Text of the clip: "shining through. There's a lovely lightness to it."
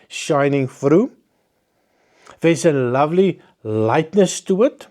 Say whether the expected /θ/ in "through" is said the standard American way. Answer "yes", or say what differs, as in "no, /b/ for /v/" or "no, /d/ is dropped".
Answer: no, /f/ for /θ/